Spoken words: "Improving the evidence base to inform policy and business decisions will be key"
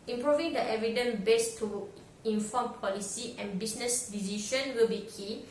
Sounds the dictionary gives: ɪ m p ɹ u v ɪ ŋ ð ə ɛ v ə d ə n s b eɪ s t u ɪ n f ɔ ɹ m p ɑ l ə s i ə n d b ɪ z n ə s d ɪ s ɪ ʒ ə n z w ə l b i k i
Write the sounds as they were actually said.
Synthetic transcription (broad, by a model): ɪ m p ɹ u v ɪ ŋ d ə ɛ v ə d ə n b eɪ s t u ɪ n f ɔ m p ɑ l ə s i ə n b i s n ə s d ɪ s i ʃ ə n w ə l b i k i